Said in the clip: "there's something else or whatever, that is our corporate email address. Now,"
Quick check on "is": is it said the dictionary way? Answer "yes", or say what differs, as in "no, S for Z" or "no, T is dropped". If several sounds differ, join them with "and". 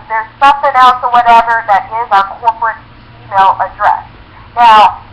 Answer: yes